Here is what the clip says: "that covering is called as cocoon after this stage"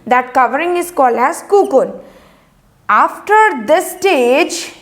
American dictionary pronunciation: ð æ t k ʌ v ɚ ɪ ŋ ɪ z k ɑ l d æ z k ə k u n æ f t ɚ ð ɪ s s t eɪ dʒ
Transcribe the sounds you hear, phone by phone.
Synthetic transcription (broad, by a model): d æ t k ʌ v ɚ ɪ ŋ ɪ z k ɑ l æ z k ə k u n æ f t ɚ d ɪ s s t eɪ dʒ